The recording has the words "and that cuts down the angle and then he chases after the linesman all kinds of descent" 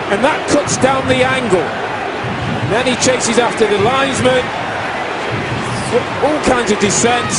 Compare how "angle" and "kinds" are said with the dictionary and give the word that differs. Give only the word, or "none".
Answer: none